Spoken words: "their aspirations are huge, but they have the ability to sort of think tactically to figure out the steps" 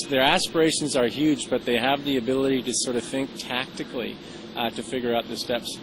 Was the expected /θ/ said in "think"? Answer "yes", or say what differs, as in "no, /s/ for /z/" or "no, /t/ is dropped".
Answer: yes